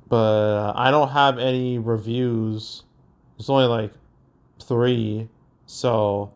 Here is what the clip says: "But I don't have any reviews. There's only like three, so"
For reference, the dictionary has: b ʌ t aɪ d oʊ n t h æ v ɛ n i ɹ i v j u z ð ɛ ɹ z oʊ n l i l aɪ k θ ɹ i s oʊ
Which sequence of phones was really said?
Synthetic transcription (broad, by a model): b ʌ t aɪ d oʊ n t h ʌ v ɛ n i ɹ i v j u z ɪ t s oʊ n l i l aɪ k θ ɹ i s oʊ